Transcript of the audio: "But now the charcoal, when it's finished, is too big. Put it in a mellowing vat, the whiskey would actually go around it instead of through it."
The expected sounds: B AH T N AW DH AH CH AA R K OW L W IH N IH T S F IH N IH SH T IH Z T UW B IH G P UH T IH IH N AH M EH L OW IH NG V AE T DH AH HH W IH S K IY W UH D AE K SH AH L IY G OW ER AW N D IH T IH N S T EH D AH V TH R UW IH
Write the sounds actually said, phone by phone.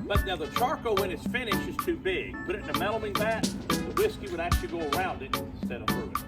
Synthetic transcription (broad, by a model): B AH T N AW DH AH CH AA R K OW W IH N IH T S F IH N IH SH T IH Z T UW B IH G B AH T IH IH N AH M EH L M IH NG B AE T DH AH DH W IH S K IY W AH D AE K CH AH L IY G OW ER AW N D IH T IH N S T EH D AH V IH